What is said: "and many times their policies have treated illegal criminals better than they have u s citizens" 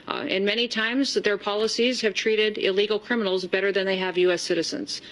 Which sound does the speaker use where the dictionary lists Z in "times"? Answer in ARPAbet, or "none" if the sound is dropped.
Z